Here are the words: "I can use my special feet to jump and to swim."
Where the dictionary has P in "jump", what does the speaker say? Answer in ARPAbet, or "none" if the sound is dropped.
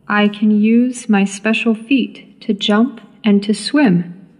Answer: P